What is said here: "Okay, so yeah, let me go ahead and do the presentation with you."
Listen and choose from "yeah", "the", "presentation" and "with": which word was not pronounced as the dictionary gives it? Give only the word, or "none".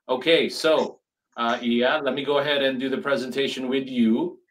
none